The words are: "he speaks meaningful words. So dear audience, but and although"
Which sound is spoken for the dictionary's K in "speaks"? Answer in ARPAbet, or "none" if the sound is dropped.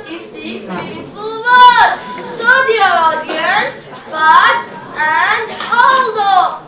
none